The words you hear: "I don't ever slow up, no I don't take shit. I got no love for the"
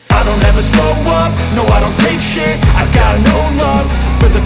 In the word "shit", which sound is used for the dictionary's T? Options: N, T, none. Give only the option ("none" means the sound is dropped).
none